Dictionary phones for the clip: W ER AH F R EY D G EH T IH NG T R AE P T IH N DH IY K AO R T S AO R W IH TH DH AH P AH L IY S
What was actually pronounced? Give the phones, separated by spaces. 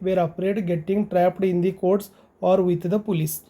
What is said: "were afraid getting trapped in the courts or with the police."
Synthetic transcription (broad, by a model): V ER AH P R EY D G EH T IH NG T R AE P T IH N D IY K AO R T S AO R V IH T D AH P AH L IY S